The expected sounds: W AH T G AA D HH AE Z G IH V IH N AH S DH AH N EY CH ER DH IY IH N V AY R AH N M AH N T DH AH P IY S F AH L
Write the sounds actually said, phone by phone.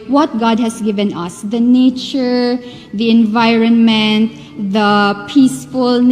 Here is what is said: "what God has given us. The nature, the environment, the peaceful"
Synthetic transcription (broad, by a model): W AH T G AA D HH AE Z G IH V IH N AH S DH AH N EY CH ER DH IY IH N V AY R AH N M AH N T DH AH P IY S F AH L